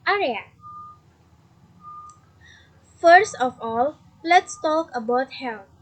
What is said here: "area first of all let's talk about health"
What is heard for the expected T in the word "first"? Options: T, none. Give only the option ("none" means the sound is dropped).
T